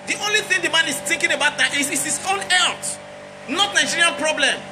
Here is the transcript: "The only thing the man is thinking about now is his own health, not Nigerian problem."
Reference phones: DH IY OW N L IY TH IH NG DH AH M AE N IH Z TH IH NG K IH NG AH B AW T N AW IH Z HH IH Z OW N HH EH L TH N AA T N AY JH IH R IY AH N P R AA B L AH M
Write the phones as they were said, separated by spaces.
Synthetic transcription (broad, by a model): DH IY OW N L IY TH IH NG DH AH M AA N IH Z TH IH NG K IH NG AH B AW T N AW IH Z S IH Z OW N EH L T N AA T N AY JH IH R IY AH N P R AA B L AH M